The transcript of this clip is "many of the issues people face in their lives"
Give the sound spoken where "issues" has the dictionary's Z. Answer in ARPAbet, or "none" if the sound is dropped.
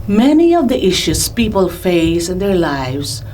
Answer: S